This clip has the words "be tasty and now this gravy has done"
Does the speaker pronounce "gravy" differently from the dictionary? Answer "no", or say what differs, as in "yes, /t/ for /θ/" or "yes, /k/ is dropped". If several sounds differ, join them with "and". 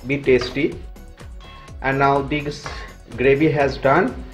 yes, /b/ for /v/